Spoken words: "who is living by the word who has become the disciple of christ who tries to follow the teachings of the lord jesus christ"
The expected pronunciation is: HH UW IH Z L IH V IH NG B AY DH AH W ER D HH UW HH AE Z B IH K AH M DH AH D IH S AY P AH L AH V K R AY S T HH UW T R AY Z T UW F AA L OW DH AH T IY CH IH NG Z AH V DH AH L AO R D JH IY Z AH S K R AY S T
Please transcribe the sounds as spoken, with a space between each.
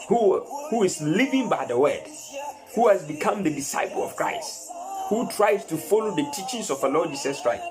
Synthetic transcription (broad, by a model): HH UW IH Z L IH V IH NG B AY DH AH W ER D HH UW HH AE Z B IH K AH M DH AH D IH S AY P AH L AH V K R AY S T HH UW T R AY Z T UW F AA L OW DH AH T IY CH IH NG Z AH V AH L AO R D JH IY S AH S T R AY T